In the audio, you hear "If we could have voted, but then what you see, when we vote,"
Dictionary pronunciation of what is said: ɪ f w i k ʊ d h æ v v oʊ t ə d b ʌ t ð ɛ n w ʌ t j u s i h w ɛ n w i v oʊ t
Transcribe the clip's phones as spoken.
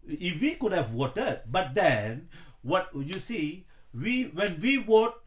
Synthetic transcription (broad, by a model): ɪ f w i k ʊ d h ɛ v w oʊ t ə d b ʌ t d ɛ n w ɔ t j u s i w w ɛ n w i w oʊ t